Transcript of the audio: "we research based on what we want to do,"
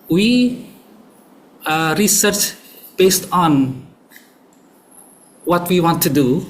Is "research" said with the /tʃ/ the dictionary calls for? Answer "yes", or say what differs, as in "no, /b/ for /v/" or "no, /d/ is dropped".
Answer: yes